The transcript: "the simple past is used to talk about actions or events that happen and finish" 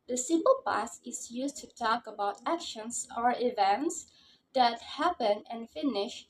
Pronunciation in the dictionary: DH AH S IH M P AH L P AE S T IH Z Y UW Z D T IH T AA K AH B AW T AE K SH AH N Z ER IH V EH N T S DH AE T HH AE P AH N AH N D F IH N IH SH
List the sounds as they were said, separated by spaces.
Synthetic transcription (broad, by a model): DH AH S IH M P AH L P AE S IH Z Y UW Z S T IH T AA K AH B AW T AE K SH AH N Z ER IH V EH N T S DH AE T HH AE P AH N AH N F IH N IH SH